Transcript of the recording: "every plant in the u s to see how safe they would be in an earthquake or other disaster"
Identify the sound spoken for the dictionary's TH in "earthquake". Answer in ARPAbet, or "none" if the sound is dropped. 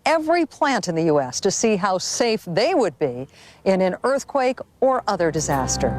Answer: TH